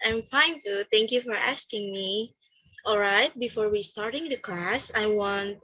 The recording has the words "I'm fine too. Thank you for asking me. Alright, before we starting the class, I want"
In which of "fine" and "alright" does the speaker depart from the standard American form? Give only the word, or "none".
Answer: none